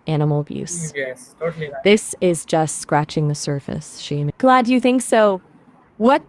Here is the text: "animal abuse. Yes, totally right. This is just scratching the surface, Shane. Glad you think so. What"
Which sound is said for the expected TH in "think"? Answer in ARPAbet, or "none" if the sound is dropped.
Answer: TH